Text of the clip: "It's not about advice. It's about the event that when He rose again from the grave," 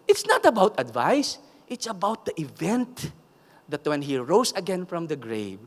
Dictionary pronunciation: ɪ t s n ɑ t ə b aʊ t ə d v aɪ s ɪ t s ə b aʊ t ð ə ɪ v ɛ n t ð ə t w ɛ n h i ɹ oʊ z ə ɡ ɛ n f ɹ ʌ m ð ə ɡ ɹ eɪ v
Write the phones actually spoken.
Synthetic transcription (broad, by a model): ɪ t s n ɑ t ə b aʊ t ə d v aɪ s ɪ t s ə b aʊ t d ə ɪ v ɛ n t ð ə t w ɛ n h i ɹ oʊ s ə ɡ ɛ n f ɹ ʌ m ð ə ɡ ɹ eɪ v